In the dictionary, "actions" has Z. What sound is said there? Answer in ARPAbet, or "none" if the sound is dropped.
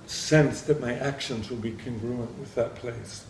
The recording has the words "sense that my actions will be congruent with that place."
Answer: Z